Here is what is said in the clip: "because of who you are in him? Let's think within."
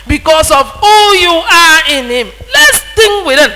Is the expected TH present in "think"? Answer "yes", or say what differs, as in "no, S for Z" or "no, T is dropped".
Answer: no, T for TH